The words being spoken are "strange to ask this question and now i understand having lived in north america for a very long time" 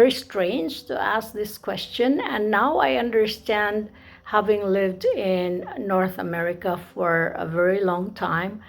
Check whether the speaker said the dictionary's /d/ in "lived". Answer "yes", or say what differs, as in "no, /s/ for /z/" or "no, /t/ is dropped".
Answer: yes